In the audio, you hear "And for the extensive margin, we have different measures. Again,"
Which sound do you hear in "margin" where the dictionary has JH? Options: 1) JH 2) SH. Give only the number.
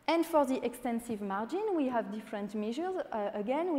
1